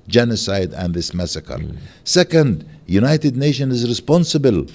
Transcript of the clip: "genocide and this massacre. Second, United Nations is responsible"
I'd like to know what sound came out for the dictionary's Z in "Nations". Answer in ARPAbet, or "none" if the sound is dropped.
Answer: none